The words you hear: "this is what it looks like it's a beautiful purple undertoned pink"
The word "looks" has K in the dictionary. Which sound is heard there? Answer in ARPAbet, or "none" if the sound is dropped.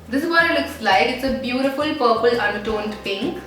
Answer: K